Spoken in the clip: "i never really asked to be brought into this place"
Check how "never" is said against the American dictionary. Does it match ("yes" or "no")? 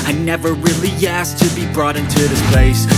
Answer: yes